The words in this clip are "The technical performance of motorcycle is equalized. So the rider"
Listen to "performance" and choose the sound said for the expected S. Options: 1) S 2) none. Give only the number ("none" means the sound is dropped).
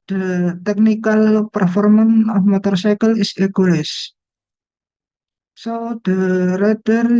2